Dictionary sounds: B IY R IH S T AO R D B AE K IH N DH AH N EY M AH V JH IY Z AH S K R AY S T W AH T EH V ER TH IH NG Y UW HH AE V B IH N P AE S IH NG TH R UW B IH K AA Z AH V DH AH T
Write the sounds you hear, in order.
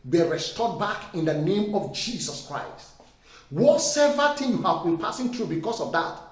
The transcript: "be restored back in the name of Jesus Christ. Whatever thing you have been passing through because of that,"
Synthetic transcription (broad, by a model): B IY R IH S T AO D B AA K IH N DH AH N EY M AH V JH IY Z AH S K R AY S T W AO S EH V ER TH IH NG Y UW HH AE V B IH N P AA S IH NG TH R UW B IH K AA S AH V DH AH T